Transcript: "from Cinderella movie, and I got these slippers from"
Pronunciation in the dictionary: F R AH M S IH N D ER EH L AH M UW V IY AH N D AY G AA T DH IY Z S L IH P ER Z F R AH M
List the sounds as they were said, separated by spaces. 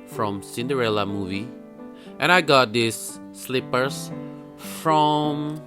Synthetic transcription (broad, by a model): F R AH M S IH N D ER EH L AH M UW V IY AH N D AY G AA T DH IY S L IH P ER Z F R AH M